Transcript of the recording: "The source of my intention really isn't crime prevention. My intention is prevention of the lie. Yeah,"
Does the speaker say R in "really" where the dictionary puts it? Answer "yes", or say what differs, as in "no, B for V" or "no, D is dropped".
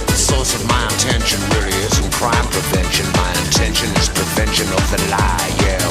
no, W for R